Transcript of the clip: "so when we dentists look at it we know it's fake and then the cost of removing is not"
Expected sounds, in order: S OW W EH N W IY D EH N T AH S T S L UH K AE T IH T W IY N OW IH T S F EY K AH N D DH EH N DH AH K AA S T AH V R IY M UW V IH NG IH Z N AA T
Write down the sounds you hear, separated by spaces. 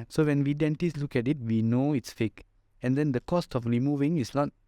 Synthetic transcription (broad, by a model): S OW W EH N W IY D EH N T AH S S L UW K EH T IH T W IY N OW IH T S F EY K AH N D EH N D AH K AA S T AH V R IY M UW V IH NG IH S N AA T